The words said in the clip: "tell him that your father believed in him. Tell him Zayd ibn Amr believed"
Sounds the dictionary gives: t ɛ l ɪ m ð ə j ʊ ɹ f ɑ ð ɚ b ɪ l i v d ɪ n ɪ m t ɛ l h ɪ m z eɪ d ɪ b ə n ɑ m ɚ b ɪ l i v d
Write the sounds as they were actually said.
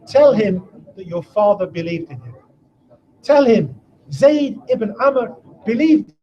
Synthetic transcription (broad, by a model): t ɛ l ɪ m ð ə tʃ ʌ ɹ f ɑ ð ɚ b ɪ l i v d ɪ n ɪ m t ɛ l h ɪ m z eɪ d ɪ b ə n ɑ m ɚ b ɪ l i v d